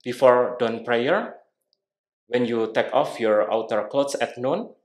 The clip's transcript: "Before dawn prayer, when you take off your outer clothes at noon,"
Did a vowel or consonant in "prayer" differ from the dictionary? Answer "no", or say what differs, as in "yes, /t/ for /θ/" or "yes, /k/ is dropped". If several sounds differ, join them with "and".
no